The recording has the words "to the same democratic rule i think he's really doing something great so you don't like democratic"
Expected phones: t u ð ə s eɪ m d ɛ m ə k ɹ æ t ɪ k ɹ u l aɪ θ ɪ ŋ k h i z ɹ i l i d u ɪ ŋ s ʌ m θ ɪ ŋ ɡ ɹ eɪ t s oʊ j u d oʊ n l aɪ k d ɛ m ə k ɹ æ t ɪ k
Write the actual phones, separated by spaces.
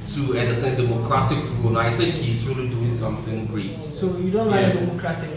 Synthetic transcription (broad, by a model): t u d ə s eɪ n d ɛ m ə k ɹ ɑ t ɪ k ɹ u n aɪ t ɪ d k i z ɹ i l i d u ɪ ŋ s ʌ m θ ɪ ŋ ɡ ɹ eɪ t s oʊ j u d oʊ n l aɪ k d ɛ m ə k ɹ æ t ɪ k